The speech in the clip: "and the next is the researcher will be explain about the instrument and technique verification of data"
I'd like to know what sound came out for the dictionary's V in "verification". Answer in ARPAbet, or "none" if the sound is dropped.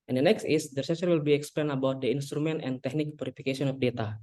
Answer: P